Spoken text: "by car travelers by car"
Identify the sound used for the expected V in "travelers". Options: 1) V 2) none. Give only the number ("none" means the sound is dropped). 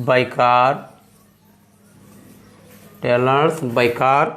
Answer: 2